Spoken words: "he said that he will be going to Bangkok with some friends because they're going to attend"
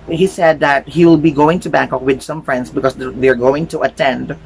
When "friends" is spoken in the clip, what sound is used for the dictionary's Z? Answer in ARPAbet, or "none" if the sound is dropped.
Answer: S